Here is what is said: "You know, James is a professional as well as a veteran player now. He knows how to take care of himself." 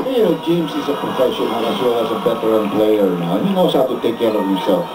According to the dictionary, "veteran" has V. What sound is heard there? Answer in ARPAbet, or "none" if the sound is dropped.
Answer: B